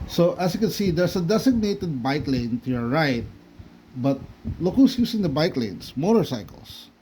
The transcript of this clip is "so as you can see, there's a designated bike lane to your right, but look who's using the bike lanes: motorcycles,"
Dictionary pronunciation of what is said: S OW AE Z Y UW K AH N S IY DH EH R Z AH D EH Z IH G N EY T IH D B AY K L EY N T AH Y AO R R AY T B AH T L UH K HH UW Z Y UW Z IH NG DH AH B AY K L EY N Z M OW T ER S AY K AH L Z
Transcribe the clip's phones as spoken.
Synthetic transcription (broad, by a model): S OW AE S Y UW K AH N S IY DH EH R S AH D EH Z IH G N EY T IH D B AY K L EY N T AH Y AO R R AY T B AH T L UH K HH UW S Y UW S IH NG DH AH B AY K L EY N S M OW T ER S AY K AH L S